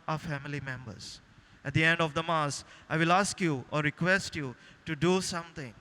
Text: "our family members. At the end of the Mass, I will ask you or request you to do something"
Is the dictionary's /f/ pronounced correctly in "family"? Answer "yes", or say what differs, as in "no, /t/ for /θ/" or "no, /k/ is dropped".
yes